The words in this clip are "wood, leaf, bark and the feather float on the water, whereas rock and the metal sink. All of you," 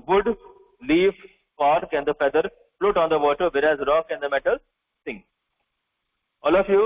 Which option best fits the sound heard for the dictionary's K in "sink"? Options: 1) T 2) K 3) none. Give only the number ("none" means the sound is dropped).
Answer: 3